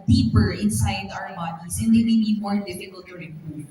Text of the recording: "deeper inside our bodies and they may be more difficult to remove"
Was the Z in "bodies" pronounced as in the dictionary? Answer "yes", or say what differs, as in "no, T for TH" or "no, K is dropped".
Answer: no, S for Z